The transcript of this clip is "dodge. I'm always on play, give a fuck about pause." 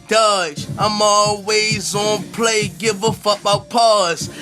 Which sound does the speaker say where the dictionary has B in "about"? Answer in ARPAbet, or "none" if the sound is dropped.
none